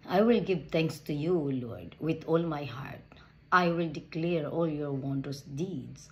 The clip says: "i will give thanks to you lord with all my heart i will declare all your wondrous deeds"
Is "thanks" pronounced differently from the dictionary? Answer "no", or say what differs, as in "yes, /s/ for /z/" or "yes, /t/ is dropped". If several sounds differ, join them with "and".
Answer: yes, /t/ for /θ/